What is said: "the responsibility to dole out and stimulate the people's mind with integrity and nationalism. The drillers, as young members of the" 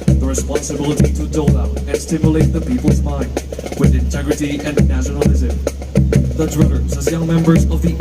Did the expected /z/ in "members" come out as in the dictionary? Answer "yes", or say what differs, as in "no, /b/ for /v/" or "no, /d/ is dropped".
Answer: yes